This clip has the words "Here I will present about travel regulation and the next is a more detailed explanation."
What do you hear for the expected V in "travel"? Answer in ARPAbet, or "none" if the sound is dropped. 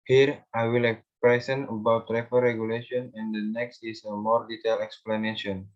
F